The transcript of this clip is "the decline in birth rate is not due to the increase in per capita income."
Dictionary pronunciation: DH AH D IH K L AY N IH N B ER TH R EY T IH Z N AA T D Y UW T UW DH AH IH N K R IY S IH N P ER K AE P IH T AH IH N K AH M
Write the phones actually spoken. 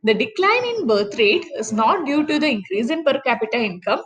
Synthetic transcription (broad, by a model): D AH D IH K L AY N IH N B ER T R EY T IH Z N AA T D Y UW T UW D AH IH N K R IY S IH N P ER K AE P IH T AH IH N K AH M